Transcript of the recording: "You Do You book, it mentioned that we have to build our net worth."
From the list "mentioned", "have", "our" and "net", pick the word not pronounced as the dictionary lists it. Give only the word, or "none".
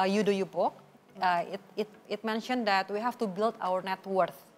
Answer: have